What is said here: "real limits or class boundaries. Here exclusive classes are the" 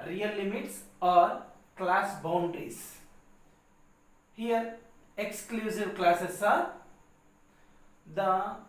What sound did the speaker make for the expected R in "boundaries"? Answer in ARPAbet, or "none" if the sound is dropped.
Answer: none